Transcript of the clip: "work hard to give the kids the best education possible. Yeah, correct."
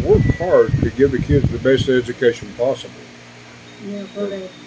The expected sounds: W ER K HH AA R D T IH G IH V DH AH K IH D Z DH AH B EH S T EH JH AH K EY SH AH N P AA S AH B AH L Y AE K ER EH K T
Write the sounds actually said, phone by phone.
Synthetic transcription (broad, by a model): W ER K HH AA R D T IH G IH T DH AH K IH D Z DH AH B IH S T EH JH AH K EY SH AH N P AA S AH B L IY